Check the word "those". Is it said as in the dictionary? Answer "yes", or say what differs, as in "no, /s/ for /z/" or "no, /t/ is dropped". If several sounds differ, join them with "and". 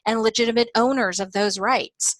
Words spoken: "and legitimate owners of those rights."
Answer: yes